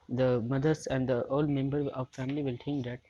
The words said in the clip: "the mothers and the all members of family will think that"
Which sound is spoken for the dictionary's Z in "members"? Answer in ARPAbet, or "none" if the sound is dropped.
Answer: none